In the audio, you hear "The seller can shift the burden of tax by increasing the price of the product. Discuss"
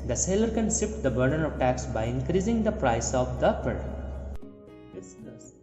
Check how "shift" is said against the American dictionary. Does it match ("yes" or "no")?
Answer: no